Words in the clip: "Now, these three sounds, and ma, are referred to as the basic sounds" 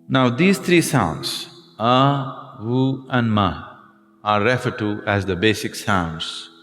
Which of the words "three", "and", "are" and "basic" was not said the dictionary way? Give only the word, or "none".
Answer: three